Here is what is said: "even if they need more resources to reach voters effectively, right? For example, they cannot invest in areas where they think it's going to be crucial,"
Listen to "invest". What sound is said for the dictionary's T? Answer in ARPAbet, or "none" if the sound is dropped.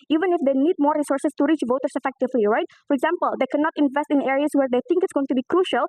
T